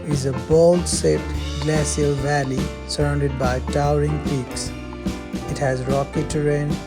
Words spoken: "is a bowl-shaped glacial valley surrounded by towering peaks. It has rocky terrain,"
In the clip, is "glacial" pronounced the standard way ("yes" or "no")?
no